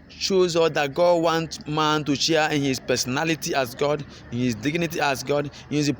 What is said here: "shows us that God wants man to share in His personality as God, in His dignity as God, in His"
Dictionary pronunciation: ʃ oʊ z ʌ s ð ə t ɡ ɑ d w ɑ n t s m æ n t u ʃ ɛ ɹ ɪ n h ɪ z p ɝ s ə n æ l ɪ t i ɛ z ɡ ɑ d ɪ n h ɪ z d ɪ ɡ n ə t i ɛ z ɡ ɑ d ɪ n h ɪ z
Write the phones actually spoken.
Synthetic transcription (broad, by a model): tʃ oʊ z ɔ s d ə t ɡ ɑ d w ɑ n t m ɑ n t u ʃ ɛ ɪ n h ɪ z p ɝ s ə n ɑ l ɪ t i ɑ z ɡ ɑ d ɪ n h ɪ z d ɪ ɡ n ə t i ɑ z ɡ ɑ d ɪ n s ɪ